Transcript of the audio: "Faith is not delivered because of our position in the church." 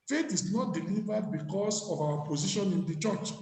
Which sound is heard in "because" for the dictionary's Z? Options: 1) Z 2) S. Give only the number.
2